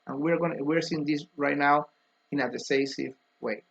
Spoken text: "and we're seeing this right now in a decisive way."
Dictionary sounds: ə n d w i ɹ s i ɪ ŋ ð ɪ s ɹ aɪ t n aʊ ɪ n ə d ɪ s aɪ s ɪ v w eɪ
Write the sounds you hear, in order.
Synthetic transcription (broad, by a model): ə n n w i ɹ s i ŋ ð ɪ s ɹ aɪ t n aʊ ɪ n ə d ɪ s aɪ s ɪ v w eɪ